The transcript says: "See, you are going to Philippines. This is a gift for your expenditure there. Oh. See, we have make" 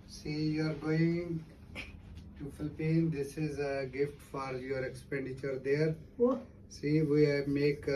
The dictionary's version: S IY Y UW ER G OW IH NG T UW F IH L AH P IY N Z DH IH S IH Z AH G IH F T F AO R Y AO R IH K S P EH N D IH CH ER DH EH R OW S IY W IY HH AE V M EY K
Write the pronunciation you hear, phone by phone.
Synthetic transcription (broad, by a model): S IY Y UW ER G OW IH NG T UW F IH L P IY N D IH S IH Z AH G IH F T F AO R Y AO R IH K S P EH N D IH CH ER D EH R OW S IY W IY M EY K